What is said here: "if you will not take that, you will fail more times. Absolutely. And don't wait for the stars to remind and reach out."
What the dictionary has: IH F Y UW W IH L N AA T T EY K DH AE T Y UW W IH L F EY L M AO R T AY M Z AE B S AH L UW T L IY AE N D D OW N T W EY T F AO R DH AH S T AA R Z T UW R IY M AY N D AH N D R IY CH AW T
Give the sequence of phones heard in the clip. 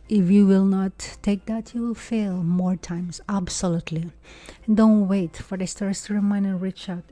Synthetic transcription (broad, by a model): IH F Y UW W IH L N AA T T EY K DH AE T Y UW W IH L F EY L M AO R T AY M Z AE B S AH L UW T L IY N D D OW N T W EY T F AO R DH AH S T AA R S T UW R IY M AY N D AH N R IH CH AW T